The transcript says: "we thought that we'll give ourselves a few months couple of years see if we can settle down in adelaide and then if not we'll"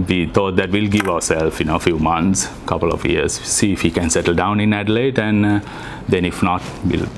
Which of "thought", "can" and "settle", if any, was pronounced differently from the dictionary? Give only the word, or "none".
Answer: thought